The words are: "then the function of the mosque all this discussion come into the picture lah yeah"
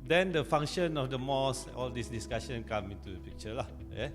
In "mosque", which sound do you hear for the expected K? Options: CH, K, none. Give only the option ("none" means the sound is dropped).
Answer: none